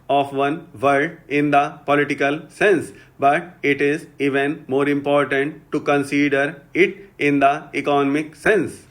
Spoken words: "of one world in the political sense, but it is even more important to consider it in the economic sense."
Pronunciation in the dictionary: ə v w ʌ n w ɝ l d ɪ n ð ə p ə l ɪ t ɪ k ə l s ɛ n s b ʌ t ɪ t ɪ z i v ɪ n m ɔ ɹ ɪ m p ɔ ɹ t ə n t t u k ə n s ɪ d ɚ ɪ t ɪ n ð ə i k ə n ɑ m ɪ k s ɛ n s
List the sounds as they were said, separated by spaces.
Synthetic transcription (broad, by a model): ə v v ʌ n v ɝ d ɪ n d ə p ə l ɪ t ɪ k ə l s ɛ n s b ʌ t ɪ t ɪ z i v ɪ n m ɔ ɹ ɪ m p ɔ ɹ t ə n t t u k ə n s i d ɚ ɪ t ɪ n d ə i k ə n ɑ m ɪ k s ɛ n s